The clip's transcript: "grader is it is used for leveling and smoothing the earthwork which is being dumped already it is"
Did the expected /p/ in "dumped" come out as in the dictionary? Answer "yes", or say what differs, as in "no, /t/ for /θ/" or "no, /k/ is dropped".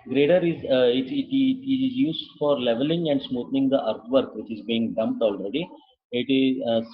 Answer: yes